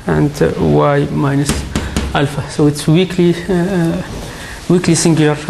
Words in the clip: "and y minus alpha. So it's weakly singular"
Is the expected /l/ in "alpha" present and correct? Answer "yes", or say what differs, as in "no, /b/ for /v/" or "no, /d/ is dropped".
yes